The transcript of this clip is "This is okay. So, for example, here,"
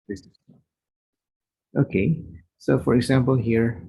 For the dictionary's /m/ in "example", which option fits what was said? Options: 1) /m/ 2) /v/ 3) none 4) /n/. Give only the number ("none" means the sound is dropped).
1